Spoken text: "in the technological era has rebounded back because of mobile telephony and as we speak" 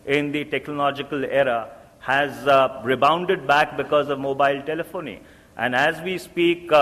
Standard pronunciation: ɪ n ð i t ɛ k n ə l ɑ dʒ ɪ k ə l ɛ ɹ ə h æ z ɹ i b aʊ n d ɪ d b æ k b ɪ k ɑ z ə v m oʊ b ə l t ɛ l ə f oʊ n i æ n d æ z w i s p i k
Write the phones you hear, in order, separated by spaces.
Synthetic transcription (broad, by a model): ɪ n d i t ɛ k n ə l ɑ dʒ ɪ k ə l ɛ ɹ ə h æ z ɹ i b aʊ n d ɪ d b æ k b ɪ k ɑ z ə v m oʊ b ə l t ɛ l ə f oʊ n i æ n d æ z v i s p i k